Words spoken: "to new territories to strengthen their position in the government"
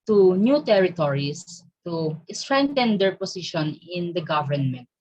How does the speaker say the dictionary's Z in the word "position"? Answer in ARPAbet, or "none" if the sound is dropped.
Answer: S